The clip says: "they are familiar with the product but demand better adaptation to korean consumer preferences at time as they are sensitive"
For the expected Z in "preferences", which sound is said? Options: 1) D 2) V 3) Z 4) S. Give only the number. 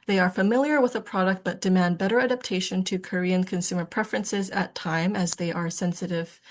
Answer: 3